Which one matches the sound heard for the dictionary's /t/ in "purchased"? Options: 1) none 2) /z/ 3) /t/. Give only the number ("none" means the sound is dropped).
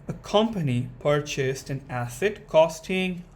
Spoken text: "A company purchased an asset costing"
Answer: 3